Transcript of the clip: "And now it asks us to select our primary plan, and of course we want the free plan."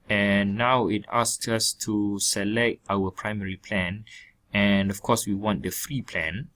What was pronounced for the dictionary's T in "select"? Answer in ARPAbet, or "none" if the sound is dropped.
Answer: T